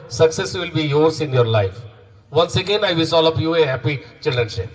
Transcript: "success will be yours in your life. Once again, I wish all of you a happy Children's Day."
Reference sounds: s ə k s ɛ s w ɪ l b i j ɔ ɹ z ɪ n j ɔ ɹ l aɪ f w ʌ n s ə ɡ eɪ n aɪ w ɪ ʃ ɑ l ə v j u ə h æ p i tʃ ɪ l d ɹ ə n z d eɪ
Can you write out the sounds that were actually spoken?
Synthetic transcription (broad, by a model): s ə k s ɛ s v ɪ l b i j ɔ ɹ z ɪ n j ɔ ɹ l aɪ f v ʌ n s ə ɡ eɪ n aɪ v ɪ s ɑ l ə p j u ə h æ p i tʃ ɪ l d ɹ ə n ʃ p